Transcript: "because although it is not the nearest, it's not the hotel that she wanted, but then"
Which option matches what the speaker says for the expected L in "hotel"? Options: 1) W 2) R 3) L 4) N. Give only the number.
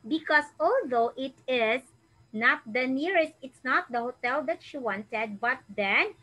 3